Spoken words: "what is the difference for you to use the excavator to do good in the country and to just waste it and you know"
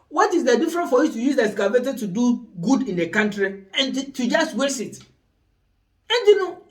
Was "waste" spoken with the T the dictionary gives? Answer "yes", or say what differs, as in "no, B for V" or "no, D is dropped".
no, T is dropped